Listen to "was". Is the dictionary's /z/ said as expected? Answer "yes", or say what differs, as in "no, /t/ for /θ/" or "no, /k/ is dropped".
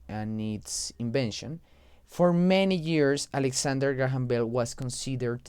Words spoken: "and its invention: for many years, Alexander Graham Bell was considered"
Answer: no, /s/ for /z/